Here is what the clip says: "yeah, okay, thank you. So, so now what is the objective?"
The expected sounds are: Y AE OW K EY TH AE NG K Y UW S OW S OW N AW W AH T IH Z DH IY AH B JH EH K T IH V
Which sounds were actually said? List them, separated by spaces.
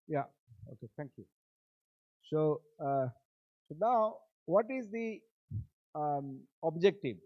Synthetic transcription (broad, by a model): Y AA OW K EY T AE NG K Y UW S OW S OW N AW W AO T IH Z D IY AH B JH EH K T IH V